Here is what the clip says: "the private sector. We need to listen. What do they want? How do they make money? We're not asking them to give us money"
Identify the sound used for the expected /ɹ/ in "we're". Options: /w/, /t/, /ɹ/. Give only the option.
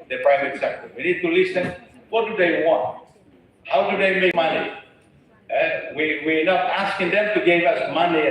/w/